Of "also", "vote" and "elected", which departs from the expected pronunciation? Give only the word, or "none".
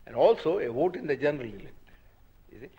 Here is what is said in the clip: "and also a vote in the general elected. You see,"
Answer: elected